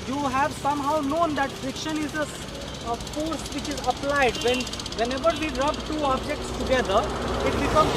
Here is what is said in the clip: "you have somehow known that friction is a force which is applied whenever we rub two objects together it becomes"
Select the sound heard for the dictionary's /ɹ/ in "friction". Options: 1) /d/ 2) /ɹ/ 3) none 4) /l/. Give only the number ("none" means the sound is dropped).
3